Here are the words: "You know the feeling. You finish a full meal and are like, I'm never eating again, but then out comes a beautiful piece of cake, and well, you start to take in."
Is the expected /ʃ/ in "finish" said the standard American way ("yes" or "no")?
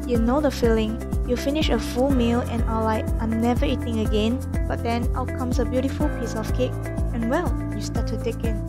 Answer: yes